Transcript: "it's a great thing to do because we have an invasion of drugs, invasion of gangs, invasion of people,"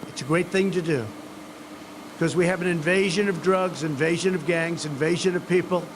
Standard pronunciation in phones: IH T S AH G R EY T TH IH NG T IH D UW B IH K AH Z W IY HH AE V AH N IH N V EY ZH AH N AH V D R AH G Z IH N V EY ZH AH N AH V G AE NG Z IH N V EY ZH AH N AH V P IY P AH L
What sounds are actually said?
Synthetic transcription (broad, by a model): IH T S AH G R EY T TH IH NG T IH D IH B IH K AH Z W IY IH V AH N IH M V EY ZH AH N AH V D R AH G Z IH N V EY ZH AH N AH V G AE NG Z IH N V EY ZH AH N AH V P IY P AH L